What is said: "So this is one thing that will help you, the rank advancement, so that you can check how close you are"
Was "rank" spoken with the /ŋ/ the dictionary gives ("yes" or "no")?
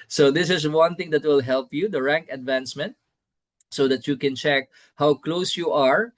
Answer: yes